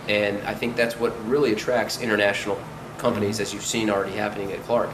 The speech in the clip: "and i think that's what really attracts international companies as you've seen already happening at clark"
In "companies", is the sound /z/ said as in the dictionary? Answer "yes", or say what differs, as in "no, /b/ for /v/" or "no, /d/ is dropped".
yes